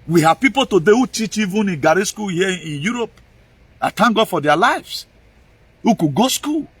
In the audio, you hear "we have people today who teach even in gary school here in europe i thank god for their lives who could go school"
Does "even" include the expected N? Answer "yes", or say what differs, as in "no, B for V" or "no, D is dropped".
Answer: yes